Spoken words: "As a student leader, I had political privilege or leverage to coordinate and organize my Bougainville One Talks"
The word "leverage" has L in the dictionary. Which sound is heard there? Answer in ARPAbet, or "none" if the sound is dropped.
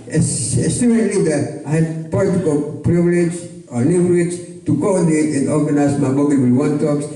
N